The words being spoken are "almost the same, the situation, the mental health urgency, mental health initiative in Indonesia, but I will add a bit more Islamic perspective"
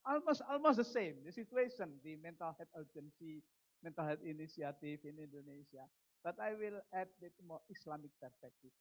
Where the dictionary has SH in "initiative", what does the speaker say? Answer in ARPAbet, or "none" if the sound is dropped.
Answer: S